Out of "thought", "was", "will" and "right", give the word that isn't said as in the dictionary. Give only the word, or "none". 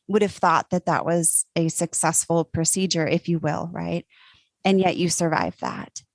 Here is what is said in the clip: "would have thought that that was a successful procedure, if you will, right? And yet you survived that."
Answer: none